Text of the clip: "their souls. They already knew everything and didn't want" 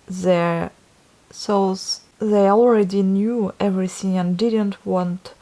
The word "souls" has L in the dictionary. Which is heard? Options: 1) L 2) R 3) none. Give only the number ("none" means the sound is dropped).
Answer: 3